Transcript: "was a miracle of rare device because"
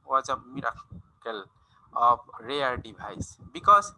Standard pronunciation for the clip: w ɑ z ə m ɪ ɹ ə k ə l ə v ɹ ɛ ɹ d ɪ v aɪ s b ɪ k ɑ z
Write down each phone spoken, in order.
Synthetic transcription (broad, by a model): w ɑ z ə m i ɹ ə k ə l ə b ɹ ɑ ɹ d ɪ b aɪ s b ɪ k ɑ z